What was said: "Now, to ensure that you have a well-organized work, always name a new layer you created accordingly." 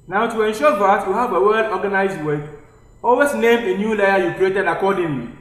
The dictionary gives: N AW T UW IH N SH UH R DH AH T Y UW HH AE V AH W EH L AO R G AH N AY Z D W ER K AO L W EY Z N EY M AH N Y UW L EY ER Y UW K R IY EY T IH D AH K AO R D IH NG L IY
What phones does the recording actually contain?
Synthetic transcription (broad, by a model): N AW T UW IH N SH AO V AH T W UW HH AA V AH W EH L AO G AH N AY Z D W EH AO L W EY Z N EY M AH N Y UW L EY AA Y UW K R IY EY T IH D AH K AO D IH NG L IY